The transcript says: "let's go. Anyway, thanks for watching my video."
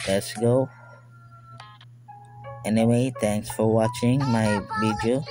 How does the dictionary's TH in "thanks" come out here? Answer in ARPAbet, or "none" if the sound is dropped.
T